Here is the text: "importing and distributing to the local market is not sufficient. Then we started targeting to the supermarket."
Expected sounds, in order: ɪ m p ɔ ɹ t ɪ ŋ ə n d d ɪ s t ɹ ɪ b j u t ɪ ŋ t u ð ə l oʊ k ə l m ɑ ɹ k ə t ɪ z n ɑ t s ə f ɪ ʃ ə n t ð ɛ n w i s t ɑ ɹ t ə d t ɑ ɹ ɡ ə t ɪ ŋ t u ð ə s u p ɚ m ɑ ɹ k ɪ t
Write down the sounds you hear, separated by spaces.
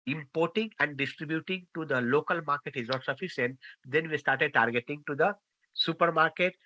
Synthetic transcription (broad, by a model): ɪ m p ɔ ɹ t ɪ ŋ ə n d d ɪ s t ɹ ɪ b j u t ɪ ŋ t u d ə l oʊ k ə l m ɑ ɹ k ə t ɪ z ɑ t s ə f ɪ s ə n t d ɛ n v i s t ɑ ɹ t ə d t ɑ ɹ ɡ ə t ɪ ŋ t u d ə s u p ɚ m ɑ ɹ k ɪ t